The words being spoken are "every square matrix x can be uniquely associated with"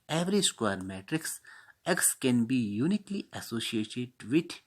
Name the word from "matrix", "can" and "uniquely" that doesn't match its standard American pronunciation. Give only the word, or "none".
none